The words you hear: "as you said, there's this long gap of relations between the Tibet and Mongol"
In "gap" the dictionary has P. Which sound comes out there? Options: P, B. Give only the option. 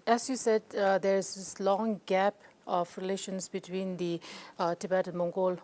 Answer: P